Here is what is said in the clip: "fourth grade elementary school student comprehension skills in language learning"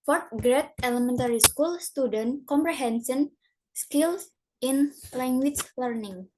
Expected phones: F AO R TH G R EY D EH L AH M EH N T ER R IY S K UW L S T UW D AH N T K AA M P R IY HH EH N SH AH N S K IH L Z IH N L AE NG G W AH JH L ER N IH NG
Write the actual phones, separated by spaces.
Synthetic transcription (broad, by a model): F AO R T G R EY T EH L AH M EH N T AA R IY S K UW L S T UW D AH N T K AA M P R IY HH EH N S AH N S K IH L S IH N L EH NG G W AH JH L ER N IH NG